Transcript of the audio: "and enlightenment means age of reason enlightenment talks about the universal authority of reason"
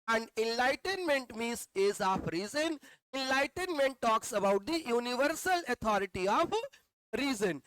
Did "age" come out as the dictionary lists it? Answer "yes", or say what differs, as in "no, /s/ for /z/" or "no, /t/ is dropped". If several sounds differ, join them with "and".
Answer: no, /z/ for /dʒ/